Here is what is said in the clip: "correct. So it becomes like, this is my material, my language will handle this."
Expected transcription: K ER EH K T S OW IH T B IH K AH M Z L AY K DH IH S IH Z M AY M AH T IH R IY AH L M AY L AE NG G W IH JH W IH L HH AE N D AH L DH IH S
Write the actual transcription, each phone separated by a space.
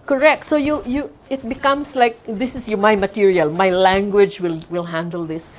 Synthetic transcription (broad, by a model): K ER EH K T S OW IH T B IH K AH M S L AY K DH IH S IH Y M AY M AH T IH R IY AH L M AY L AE NG G W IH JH W IH L HH AE N D AH L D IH S